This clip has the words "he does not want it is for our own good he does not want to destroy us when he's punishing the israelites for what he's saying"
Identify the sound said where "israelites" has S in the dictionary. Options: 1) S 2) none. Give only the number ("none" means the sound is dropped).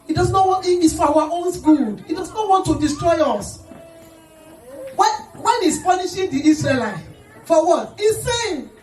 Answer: 2